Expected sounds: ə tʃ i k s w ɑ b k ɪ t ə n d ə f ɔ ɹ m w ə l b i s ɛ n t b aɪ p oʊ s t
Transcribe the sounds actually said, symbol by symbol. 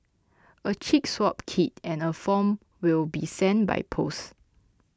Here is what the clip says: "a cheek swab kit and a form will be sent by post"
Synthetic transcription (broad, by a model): ə tʃ i k s w ɑ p k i t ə n ə f ɔ m w ə l b i s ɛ n b aɪ p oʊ s